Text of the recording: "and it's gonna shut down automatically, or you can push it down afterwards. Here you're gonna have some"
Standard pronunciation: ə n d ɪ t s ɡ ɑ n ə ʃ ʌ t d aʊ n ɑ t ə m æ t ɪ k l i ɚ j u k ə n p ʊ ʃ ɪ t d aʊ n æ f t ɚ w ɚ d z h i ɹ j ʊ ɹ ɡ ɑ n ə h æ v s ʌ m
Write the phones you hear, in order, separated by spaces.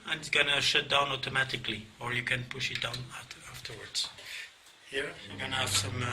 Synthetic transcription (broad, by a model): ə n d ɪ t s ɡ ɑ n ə ʃ ʌ t d aʊ n ɑ t ə m æ t ɪ k l i ɚ j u k ə n p ʊ ʃ ɪ t d aʊ n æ f t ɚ w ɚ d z h i ɹ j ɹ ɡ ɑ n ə h æ v s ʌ m